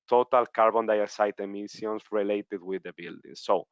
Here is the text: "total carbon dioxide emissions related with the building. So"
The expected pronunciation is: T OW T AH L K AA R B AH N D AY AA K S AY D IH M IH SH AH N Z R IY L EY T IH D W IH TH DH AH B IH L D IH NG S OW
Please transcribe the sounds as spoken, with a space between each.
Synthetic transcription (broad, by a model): T OW T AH L K AA R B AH N D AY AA S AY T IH M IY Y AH N S R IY L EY T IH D W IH DH AH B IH L D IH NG S OW